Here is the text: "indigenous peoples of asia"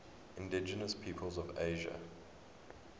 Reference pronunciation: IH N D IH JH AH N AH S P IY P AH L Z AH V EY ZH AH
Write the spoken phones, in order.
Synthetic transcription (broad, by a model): IH N D IH JH AH N AH S P IY P AH L Z AH V EY ZH AH